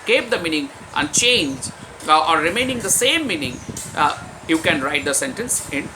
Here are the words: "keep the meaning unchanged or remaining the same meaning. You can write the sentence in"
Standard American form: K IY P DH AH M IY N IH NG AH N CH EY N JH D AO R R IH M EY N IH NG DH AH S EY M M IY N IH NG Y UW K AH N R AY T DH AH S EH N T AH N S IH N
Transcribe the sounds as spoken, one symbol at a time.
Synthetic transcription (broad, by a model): K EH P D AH M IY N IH NG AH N CH EY N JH AO R R IH M EY N IH NG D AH S EY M M IY N IH NG Y UW K AH N R AY T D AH S EH N T AH N S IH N